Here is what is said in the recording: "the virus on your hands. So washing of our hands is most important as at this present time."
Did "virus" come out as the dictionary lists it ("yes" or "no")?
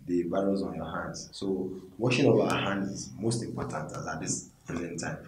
no